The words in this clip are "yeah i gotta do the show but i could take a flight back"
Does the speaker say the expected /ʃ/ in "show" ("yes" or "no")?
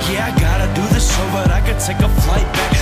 no